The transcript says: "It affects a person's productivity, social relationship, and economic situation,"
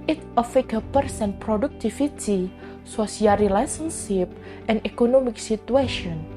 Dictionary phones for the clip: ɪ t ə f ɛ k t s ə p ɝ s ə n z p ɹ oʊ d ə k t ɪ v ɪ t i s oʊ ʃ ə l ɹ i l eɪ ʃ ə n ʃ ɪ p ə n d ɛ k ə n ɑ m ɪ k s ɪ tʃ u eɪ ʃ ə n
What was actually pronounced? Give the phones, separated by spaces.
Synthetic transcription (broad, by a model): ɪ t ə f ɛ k ə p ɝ s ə n p ɹ oʊ d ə k t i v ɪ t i s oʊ s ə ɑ ɹ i l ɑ s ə n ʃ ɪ p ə n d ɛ k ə n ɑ m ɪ k s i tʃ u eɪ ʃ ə n